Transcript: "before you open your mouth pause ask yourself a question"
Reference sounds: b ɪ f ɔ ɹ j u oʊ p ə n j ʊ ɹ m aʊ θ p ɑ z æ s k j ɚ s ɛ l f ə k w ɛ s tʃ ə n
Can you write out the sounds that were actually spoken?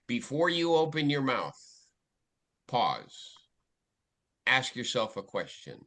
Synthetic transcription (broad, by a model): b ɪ f ɔ ɹ j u oʊ p ə n j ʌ ɹ m aʊ θ p ɑ z æ s k j ɚ s ɛ l f ə k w ɛ s tʃ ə n